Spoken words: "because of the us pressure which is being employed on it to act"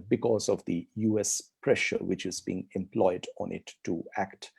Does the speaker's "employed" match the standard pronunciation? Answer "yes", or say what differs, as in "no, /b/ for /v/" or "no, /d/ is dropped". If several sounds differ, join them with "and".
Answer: yes